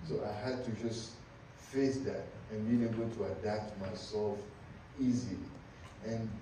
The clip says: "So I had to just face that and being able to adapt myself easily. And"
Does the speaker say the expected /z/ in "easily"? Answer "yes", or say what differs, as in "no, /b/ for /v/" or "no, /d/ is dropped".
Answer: yes